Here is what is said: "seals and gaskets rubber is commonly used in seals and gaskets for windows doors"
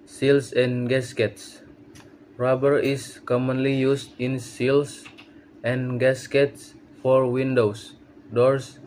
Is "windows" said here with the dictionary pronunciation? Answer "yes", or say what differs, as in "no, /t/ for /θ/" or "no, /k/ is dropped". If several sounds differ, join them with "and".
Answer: no, /s/ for /z/